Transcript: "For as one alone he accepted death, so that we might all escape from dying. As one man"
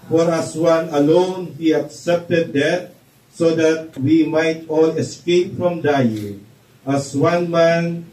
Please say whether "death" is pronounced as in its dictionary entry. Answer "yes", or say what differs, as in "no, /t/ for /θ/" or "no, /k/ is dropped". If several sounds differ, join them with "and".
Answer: no, /t/ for /θ/